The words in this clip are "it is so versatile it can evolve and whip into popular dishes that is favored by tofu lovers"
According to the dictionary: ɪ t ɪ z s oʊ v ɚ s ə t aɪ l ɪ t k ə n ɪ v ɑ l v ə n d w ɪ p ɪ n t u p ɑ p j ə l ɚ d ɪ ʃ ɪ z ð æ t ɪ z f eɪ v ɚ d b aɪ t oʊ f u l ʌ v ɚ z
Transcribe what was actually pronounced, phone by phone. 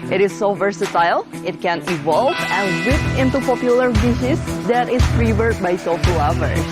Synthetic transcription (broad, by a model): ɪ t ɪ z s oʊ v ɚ s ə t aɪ l ɪ t k ə n ɪ v ɑ l v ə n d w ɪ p ɪ n t u p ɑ p j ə l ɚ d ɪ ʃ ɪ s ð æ t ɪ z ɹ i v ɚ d b aɪ s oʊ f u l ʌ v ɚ